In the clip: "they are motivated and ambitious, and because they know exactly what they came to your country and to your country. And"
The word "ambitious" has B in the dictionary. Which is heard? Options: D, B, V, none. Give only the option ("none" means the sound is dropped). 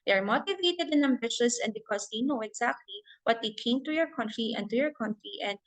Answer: B